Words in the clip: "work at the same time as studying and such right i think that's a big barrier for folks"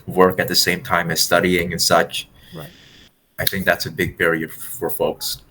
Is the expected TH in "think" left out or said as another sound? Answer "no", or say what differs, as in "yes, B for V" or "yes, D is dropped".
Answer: no